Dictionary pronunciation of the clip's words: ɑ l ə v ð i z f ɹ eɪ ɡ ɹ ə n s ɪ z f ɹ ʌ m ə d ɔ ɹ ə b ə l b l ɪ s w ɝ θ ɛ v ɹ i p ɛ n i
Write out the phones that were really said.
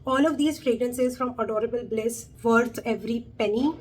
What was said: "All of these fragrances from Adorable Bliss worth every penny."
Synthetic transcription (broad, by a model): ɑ l ə v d i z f ɹ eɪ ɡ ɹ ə n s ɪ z f ɹ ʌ m ə d ɔ ɹ ə b ə l b l ɪ s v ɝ t ɛ v ɹ i p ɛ n i